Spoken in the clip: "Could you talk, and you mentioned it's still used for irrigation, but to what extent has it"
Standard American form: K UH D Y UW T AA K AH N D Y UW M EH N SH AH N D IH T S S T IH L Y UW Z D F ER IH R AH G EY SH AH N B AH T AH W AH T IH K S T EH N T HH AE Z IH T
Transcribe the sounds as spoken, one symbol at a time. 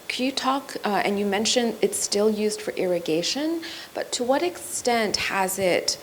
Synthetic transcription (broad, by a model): K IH Y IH T AA K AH N Y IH M EH N SH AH N IH T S S T IH L Y UW Z D F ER IH R AH G EY SH AH N B AH T AH W AH T IH K S T EH N T HH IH Z IH T